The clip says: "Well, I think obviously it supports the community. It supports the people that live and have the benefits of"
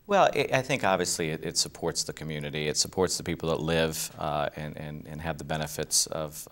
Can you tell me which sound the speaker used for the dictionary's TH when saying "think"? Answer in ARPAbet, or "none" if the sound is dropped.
TH